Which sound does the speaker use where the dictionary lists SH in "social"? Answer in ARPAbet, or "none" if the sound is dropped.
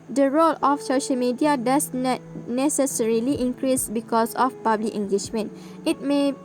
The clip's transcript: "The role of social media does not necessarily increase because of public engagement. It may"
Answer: SH